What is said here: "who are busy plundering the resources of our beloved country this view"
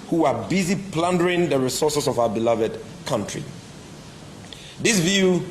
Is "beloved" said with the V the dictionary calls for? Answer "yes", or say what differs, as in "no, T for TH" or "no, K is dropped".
yes